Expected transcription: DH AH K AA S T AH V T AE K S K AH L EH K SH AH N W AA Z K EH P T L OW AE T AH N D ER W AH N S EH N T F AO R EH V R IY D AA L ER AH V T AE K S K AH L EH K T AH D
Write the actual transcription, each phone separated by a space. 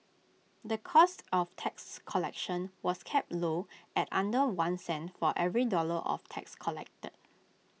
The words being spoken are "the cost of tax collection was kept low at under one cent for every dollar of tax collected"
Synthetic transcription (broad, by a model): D AH K AA S T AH F T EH K S K AH L EH K SH AH N W AA S K EH P T L OW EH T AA N D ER W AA N S EH N T F AO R EH V R IY D AA L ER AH F T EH K S K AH L EH K T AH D